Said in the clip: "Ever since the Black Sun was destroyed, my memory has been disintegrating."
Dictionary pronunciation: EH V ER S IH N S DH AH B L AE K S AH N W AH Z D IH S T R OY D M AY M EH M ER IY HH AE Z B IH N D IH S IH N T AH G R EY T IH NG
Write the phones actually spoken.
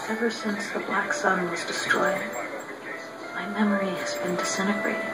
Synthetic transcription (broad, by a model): EH V ER S IH N S DH AH B L AE K S AH N W AH Z D IH S T R OY D M AY M EH M ER IY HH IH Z B IH N D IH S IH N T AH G R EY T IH